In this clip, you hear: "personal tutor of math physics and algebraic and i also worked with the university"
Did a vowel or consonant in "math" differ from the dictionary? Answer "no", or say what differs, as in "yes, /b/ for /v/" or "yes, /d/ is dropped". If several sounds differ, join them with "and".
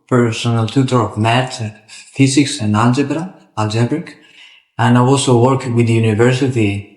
yes, /t/ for /θ/